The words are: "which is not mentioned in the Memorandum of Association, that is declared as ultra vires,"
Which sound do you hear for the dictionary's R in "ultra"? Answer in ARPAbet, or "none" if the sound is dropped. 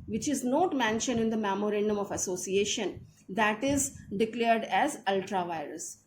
R